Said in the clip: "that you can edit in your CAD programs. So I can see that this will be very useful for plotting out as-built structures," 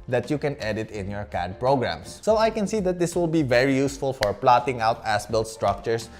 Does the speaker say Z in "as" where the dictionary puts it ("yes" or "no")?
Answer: no